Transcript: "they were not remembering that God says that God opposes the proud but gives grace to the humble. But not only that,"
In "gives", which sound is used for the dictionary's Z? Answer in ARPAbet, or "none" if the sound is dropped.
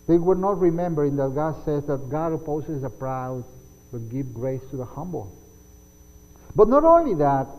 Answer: none